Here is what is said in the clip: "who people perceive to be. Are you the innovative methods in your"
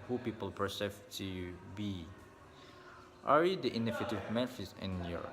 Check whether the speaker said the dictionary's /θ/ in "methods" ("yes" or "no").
no